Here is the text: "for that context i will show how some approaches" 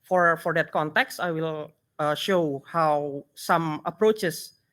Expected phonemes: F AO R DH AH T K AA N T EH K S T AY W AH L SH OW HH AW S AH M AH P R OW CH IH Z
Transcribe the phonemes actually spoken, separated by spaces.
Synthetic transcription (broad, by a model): F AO R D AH T K AA N T EH K S T AY W AH L SH OW HH AW S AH M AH P R OW CH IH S